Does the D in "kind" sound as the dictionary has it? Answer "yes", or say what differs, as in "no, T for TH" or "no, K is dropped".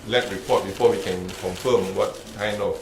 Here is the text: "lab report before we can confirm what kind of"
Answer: no, D is dropped